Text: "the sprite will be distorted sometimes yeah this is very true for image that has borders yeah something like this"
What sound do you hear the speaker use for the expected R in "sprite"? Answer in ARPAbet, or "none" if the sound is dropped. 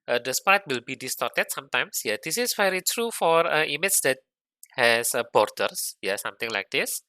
none